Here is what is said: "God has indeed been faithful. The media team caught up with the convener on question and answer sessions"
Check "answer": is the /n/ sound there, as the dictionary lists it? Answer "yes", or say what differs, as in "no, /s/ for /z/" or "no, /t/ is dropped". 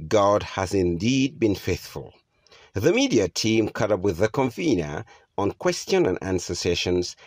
yes